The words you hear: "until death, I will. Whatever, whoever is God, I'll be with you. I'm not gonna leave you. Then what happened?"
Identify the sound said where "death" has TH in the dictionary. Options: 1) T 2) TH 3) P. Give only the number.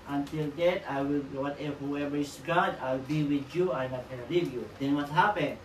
1